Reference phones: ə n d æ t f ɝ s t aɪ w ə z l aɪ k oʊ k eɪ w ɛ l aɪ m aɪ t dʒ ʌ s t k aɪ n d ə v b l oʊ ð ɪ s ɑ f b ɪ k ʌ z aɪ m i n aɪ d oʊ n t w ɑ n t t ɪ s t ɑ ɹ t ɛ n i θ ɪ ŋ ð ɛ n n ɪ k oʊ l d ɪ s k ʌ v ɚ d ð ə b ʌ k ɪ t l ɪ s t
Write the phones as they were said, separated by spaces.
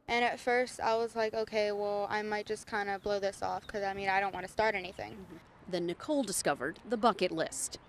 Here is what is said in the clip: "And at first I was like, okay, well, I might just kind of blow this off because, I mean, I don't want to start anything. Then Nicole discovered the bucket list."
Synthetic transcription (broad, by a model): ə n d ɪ t f ɝ s t aɪ w ə z l aɪ k oʊ k eɪ w ɛ l aɪ m aɪ t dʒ ʌ s k aɪ n d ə b l oʊ ð ɪ s ɑ f k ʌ z aɪ m i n aɪ d oʊ n t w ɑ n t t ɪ s t ɑ ɹ t ɛ n i θ ɪ ŋ ð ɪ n n ɪ k oʊ l d ɪ s k ʌ v ɚ d ð ə b ʌ k ɪ t l ɪ s t